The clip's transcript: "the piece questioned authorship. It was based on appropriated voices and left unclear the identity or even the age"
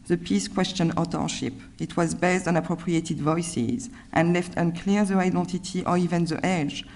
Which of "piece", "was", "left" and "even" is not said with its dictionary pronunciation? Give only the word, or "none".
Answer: none